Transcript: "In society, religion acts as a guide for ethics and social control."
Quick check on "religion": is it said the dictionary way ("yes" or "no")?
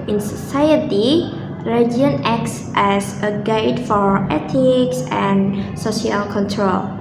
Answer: no